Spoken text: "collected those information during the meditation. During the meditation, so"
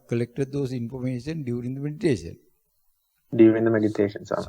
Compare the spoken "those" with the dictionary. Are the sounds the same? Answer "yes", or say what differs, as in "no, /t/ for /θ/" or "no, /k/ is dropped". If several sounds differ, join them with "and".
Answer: no, /s/ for /z/